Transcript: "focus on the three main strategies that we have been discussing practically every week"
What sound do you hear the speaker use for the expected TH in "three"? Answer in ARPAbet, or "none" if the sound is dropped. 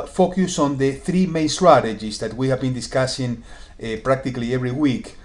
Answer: TH